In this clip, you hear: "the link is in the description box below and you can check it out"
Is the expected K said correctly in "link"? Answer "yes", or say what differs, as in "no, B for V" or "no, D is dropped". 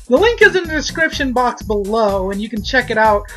yes